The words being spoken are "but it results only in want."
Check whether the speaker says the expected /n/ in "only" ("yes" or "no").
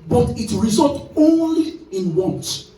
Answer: yes